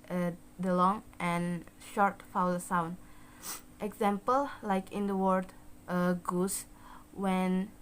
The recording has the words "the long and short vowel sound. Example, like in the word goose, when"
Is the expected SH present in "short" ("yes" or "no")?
yes